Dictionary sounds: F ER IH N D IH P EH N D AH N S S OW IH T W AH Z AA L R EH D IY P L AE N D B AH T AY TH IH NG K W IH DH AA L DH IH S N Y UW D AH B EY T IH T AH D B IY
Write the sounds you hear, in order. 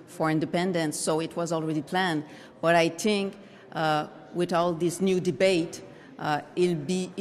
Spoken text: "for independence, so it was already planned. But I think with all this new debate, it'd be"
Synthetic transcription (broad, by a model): F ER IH N D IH P EH N D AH N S S OW IH T W AH Z AA L R EH D IY P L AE N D B AH T AY TH IH NG K W IH DH AA L DH IH S N Y UW D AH B EY IH T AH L B IY